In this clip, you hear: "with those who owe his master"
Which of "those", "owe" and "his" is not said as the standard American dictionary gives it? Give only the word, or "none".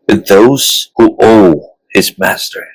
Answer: none